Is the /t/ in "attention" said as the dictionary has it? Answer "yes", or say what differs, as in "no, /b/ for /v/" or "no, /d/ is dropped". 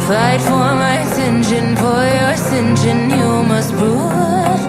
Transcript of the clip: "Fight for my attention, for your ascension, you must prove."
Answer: no, /s/ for /t/